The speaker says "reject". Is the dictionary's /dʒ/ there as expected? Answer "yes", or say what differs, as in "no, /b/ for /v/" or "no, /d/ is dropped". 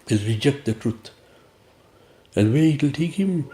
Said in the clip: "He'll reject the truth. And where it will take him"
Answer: yes